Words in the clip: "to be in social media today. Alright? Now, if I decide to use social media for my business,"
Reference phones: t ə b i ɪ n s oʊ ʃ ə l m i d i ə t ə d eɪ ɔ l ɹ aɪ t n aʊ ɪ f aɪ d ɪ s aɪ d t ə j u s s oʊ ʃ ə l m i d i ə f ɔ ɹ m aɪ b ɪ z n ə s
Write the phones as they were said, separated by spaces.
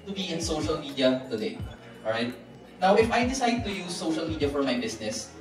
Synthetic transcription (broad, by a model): t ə b i ɪ n s oʊ ʃ ə l m i d i ə t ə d eɪ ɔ ɹ aɪ t n aʊ ɪ f aɪ d ɪ s aɪ d t ə j u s s oʊ ʃ ə l m i d i ə f ɔ ɹ m aɪ b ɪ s n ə s